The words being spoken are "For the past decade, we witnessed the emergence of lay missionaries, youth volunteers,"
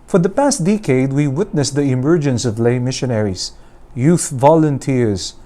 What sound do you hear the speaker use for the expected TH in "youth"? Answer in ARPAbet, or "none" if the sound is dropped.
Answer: TH